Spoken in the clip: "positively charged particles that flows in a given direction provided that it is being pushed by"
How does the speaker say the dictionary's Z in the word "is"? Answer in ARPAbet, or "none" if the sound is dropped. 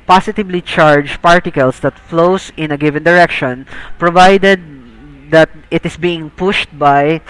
S